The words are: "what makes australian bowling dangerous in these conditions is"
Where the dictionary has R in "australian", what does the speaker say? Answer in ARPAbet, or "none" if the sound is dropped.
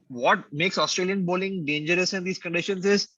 R